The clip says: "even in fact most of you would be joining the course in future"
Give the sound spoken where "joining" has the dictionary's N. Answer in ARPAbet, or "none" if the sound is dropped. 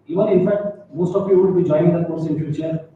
none